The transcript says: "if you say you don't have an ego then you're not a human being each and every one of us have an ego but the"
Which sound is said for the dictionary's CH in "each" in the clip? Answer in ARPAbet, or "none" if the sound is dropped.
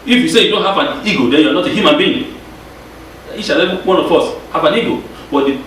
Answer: SH